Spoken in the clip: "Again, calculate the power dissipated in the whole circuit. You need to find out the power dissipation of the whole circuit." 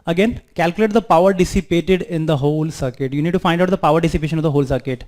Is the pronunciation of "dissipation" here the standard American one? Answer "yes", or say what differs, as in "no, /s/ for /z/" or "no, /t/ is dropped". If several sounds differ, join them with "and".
yes